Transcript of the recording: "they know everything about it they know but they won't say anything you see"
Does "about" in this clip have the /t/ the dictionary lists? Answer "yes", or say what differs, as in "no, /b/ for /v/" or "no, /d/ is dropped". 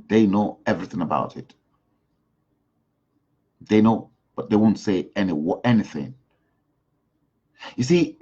yes